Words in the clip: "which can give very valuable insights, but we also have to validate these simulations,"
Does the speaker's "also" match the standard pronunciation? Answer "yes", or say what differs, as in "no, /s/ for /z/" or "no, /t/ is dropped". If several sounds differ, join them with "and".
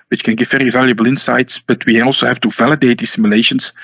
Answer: yes